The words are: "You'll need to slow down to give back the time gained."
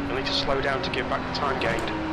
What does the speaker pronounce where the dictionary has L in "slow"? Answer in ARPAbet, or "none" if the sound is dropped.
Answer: L